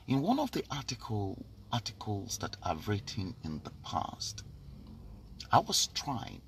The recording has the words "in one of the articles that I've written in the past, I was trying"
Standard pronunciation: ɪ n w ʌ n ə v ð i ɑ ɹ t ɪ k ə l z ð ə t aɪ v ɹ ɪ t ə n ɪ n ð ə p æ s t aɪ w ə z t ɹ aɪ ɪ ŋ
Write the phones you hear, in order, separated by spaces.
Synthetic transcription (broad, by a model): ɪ n w ʌ n ə v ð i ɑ l t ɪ k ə l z ð ə t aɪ ɹ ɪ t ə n ɪ n ð ə p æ s t aɪ w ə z t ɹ aɪ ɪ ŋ